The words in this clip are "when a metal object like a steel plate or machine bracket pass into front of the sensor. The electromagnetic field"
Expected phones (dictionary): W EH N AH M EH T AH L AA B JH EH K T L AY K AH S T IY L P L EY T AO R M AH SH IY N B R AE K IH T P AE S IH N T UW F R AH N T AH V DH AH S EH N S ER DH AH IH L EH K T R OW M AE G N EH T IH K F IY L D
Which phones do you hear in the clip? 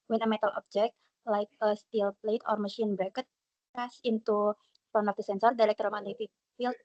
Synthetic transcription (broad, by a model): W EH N AH M EH T AH L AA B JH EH K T L AY K AH S T IY L P L EY T AO R M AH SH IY N B R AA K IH T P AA S IH N T UW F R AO N AH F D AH S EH N S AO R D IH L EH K T R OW M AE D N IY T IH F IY L